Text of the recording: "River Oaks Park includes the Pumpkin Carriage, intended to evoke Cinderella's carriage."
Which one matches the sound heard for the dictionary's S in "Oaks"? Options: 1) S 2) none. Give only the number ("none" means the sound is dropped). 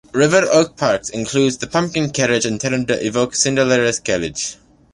2